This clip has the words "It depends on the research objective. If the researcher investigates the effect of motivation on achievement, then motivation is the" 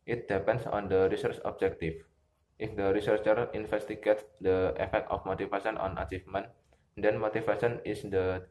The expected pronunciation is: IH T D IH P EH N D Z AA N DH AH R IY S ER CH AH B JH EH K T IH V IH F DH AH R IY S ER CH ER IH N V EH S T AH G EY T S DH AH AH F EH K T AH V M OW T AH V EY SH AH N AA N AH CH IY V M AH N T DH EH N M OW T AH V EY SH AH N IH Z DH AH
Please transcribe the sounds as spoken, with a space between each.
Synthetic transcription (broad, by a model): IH T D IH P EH N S AA N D AH R IY S ER CH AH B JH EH K T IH F IH F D AH R IY S ER CH ER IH N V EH S T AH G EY T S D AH AH F EH K T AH F M OW T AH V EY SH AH N AA N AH CH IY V M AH N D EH N M OW T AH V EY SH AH N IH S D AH